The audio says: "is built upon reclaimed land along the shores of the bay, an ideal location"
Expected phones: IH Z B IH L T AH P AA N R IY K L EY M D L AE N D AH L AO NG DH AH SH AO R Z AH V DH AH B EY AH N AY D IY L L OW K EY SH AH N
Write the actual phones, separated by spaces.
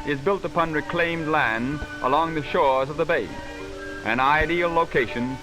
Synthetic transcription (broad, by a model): IH Z B IH L T AH P AA N R IY K L EY M D L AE N D AH L AO NG DH AH SH AO R Z AH V DH AH B EY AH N AY D IY L L OW K EY SH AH N